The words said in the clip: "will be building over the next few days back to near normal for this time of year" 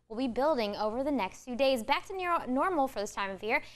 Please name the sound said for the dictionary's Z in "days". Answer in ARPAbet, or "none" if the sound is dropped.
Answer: Z